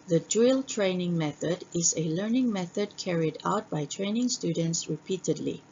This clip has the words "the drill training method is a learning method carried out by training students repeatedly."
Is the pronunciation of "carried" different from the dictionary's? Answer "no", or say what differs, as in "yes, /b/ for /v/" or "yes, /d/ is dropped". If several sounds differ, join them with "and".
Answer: no